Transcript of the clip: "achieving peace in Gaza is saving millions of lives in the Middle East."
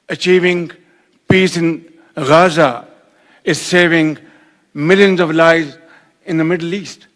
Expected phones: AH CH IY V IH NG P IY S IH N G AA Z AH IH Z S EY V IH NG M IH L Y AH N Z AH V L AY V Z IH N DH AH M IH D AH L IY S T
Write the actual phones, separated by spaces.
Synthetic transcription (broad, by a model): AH CH IY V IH NG P IY S IH N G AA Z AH IH Z S EY V IH NG M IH L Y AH N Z AH V L AY Z IH N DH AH M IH D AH L IY S T